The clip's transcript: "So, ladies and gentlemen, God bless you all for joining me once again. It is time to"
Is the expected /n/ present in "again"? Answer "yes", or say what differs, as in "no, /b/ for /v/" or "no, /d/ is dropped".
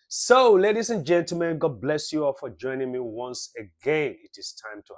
yes